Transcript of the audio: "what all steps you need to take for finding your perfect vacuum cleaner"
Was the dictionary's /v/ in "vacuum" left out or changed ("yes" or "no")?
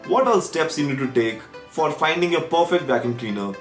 yes